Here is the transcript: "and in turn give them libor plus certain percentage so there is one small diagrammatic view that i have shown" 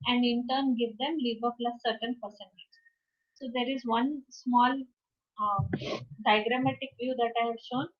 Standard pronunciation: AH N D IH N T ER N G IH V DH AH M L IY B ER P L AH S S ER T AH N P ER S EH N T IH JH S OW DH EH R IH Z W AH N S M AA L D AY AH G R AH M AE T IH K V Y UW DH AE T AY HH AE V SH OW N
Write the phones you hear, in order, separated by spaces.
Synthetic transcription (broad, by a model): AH N D IH N T ER N G IH V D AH M L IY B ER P L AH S S ER T AH N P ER S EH N T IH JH S OW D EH R IH Z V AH N S M AA L D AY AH G R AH M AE T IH K V Y UW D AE T AY HH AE V SH OW N